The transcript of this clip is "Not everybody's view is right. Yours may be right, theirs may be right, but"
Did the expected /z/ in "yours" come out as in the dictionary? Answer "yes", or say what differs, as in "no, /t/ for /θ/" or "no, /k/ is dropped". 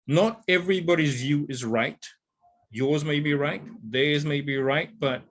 yes